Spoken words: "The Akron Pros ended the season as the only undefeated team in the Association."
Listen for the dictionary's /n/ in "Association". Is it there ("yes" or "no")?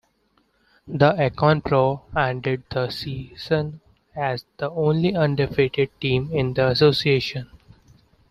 yes